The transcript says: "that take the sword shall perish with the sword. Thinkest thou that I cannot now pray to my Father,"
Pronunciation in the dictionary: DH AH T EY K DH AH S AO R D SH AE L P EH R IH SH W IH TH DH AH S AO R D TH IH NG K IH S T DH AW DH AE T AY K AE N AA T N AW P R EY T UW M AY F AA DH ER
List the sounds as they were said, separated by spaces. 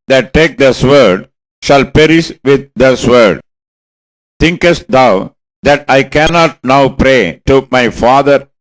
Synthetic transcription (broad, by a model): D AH T EY K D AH S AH R D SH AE L P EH R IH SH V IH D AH S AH R D T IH NG K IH S T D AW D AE T AY K AE N AA T N AW P R EY T UW M AY F AA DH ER